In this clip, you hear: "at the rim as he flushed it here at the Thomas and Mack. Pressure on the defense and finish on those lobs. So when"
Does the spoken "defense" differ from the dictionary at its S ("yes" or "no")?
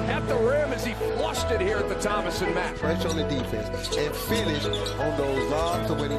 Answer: yes